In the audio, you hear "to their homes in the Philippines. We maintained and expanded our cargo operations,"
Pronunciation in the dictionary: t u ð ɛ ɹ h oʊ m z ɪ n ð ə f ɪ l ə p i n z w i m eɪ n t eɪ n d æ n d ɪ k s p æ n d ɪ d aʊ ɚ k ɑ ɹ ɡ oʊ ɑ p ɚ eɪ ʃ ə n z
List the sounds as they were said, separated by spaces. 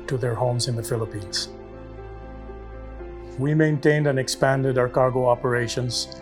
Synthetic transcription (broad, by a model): t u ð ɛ ɹ h oʊ m z ɪ n ð ə f ɪ l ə p i n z w i m eɪ n t eɪ n d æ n ɪ k s p æ n d ɪ d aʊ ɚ k ɑ ɹ ɡ oʊ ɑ p ɚ eɪ ʃ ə n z